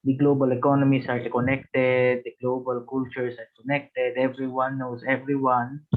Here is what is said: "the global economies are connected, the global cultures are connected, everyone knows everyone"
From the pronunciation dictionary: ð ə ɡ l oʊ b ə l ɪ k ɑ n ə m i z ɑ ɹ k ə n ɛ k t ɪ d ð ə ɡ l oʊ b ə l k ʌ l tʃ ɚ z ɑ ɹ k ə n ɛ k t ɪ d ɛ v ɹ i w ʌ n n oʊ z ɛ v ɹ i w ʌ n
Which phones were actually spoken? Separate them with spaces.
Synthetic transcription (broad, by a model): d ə ɡ l oʊ b ə l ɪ k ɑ n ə m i s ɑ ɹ k ə n ɛ k t ɪ d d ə ɡ l oʊ b ə l k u l tʃ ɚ s ɑ ɹ k ə n ɛ k t ɪ d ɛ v ɹ i w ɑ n n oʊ s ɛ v ɹ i w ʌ n